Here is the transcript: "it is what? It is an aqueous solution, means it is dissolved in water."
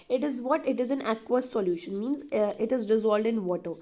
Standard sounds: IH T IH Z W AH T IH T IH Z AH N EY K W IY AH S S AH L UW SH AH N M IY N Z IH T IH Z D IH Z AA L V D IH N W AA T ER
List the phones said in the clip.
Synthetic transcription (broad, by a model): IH T IH Z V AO T IH T IH Z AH N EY K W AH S S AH L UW SH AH N M IY N Z IH T IH Z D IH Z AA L D IH N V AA T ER